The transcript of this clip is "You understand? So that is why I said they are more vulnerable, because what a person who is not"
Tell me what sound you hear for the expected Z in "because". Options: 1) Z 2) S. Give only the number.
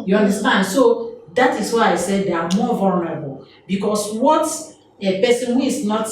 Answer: 2